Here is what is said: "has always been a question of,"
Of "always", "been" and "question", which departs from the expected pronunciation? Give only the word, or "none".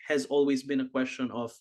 none